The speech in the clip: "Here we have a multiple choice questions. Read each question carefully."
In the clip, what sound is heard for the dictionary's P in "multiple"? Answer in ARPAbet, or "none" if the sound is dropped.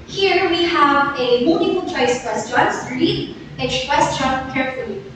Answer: F